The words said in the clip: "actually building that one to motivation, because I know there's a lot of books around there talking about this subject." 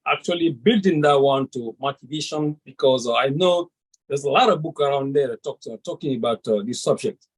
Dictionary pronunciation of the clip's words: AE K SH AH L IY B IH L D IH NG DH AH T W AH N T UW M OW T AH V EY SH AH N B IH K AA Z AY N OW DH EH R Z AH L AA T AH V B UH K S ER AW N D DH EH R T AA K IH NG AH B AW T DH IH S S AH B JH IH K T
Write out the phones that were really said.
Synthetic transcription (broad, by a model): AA K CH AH L IY B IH L D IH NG DH AH T W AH N T UW M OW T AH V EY SH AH N B IH K AA Z AY N OW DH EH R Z AH L AA T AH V B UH K ER AW N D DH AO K T AA K IH NG AH B AW T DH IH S S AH B JH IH K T